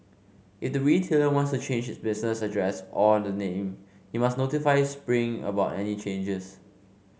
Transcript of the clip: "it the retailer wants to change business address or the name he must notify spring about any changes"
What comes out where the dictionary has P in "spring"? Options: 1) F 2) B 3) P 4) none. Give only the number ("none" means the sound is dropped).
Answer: 3